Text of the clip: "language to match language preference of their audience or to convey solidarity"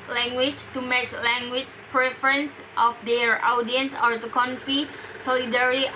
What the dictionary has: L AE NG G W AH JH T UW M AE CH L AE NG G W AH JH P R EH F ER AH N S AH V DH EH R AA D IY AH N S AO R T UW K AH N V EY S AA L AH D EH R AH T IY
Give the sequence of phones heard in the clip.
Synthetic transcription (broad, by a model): L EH NG G W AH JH T UW M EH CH L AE NG G W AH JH P R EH F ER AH N S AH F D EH R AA D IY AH N S AO R T UW K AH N F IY S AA L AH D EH R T IY